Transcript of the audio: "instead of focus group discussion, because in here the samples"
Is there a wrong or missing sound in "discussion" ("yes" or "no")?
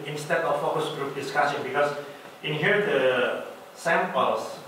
yes